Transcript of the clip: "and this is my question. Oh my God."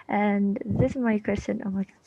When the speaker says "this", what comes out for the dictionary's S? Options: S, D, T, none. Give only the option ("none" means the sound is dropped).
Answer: S